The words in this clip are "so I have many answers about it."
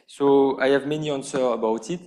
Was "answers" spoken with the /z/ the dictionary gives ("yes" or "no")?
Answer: no